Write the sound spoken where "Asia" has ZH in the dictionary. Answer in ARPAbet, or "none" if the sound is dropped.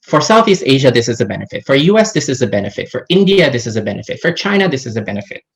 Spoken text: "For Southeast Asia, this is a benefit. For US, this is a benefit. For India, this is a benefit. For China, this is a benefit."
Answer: ZH